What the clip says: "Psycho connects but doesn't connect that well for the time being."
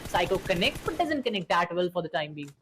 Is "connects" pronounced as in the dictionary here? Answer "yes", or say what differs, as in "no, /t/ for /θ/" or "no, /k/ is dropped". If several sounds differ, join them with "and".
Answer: no, /s/ is dropped